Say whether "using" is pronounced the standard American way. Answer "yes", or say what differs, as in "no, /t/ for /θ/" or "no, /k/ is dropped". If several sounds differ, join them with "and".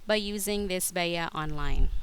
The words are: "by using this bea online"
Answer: yes